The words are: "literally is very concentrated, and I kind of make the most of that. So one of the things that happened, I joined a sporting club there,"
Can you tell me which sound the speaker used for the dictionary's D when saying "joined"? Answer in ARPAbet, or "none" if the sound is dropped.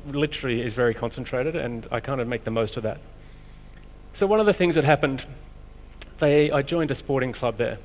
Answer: D